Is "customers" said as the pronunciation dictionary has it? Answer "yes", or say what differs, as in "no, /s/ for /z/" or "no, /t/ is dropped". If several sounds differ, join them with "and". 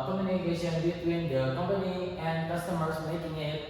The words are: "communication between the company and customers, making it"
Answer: no, /s/ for /z/